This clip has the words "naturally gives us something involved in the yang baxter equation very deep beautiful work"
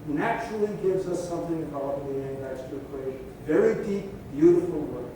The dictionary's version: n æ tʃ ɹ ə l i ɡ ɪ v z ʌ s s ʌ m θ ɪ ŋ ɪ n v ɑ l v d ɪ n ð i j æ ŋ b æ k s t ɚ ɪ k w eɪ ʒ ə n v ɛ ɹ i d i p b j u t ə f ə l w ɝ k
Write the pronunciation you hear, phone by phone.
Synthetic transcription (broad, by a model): n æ tʃ ɹ l i ɡ ɪ v z ʌ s s ʌ m θ ɪ ŋ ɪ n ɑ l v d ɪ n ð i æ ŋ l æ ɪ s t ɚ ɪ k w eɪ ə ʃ v ɛ ɹ i d i p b j u t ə f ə l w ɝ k